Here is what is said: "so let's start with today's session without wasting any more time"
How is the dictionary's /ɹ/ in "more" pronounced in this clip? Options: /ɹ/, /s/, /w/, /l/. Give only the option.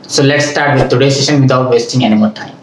/l/